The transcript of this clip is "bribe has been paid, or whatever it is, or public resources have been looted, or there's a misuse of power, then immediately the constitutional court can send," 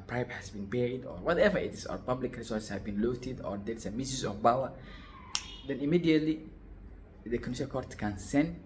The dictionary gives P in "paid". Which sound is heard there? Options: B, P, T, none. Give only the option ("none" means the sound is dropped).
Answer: B